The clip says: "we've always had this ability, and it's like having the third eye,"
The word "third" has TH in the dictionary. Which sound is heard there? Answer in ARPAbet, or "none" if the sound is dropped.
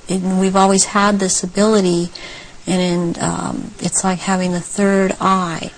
TH